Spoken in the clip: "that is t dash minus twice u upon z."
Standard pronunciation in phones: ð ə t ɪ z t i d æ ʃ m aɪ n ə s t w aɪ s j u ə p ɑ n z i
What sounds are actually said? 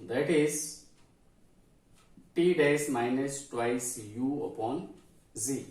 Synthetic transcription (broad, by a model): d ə t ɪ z t i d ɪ s m aɪ n ə s t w aɪ s j u ə p ɑ n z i